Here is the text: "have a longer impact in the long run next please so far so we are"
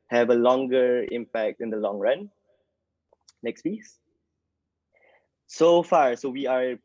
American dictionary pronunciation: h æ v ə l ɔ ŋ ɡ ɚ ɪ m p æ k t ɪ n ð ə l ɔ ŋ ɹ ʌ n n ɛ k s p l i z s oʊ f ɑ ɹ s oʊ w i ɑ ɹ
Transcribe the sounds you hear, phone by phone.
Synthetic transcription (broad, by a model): h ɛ v ə l ɔ ŋ ɡ ɚ ɪ m p æ k t ɪ n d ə l ɔ ŋ ɹ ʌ n n ɛ k s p i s s oʊ f ɑ ɹ s oʊ w i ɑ ɹ